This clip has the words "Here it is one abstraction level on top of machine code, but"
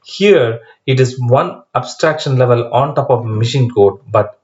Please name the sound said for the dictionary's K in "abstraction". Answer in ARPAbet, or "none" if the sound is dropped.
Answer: K